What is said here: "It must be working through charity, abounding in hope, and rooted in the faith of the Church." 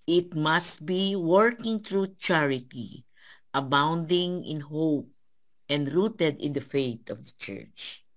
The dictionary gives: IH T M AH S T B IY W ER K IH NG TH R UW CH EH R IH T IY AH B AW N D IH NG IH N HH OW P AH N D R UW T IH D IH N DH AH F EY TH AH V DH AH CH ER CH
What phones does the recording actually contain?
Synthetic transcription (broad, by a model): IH T M AH S T B IY W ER K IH NG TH R UW CH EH R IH T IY AH B AW N D IH NG IH N HH OW P AH N D R UW T IH D IH N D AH F EY T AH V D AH CH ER CH